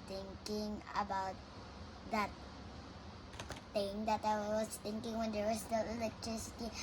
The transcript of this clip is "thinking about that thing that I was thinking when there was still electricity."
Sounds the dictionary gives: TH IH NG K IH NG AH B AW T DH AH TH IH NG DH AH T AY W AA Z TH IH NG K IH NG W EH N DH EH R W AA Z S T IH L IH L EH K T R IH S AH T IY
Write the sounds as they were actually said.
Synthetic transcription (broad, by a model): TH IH NG K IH NG AH B AW T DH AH T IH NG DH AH T AY W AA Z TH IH NG K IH NG W EH N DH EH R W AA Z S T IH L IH L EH K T R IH S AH T IY